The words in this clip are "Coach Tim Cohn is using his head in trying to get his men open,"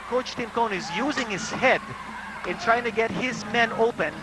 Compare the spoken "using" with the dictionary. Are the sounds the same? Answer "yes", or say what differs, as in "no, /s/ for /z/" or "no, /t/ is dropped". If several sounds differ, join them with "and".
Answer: yes